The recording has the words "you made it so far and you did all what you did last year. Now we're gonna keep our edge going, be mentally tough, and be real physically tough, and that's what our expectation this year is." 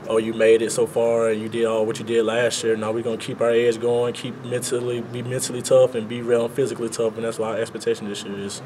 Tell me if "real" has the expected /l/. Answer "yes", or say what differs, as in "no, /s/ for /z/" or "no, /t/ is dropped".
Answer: no, /n/ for /l/